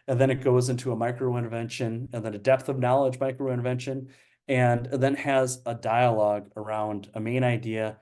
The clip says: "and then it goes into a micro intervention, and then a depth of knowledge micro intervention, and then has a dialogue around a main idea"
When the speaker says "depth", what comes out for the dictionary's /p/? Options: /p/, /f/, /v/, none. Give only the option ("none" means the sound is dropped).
/p/